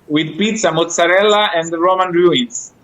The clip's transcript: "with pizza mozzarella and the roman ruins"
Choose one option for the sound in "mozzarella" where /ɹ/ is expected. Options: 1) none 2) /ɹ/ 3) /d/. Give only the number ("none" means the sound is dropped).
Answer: 2